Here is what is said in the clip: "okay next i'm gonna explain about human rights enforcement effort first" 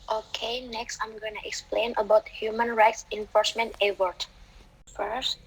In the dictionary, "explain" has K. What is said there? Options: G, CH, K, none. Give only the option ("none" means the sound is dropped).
K